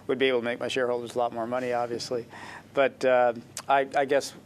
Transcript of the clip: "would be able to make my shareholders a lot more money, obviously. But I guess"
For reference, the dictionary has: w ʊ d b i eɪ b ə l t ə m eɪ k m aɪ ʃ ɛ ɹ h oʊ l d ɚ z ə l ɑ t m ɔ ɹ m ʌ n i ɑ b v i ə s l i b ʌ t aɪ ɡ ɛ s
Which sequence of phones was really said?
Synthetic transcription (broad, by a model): w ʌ d b i eɪ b l t ə m eɪ k m aɪ ʃ ɛ ɹ h oʊ l d ɚ z ə l ɑ t m ɔ ɹ m ʌ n i ɑ b v i ə s l i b ʌ t aɪ ɡ ɛ s